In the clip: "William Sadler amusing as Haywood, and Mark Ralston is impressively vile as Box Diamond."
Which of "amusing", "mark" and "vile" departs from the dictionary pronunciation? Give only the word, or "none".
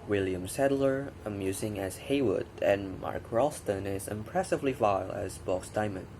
none